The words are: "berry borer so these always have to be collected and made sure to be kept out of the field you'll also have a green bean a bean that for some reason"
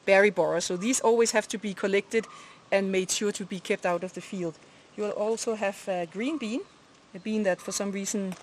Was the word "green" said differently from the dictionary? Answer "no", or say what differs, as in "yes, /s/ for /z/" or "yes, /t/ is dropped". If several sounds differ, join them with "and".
no